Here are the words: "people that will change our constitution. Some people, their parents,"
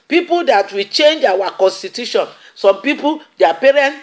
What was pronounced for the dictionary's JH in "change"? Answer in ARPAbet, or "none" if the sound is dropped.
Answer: JH